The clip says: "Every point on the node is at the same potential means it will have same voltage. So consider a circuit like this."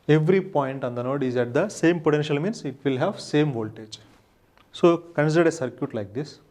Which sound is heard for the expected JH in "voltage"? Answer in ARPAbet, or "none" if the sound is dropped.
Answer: JH